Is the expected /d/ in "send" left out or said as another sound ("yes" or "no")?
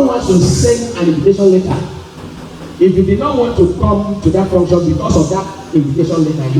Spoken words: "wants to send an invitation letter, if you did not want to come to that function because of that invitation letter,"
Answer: yes